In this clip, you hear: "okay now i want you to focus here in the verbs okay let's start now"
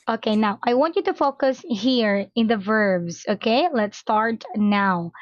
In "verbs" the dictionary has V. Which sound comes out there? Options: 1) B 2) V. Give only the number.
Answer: 2